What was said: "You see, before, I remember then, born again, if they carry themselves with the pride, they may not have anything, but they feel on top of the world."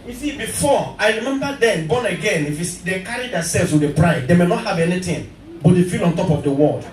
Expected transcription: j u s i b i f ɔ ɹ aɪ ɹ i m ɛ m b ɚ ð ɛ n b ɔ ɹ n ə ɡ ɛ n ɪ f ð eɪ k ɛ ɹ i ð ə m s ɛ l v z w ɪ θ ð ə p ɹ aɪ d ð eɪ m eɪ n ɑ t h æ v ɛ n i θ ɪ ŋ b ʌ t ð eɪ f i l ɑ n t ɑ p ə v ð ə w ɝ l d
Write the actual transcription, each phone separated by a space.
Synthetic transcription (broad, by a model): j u s i b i f ɔ aɪ ɹ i m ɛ m b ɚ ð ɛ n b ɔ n ə ɡ ɛ n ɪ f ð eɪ k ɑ ɹ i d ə s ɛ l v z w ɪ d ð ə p ɹ aɪ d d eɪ m eɪ n ɑ t h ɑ v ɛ n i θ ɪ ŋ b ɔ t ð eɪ f i l ɑ n t ɑ p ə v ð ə w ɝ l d